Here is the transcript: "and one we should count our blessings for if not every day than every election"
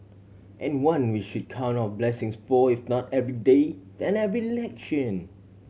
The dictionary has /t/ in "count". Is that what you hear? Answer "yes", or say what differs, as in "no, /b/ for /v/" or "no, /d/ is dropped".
no, /t/ is dropped